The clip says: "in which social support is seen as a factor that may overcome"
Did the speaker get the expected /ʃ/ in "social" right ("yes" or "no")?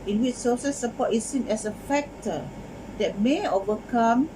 no